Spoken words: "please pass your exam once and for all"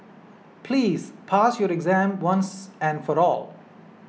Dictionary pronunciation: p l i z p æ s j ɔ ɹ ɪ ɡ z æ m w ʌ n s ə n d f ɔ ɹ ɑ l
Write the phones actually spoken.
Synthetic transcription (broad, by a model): p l i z p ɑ s j ɔ ɹ ɪ ɡ z æ m w ʌ n s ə n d f ɔ ɹ ɑ l